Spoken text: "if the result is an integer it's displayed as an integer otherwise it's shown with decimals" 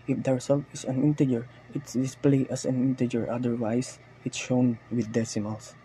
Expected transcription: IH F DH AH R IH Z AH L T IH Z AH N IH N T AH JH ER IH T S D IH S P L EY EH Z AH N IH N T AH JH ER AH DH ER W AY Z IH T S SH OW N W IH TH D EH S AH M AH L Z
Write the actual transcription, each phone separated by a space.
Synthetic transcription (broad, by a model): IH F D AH R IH S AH L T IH S AH N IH N T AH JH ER IH T S D IH S P L EY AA S AH N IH N T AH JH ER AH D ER W AY S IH T SH OW N W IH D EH S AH M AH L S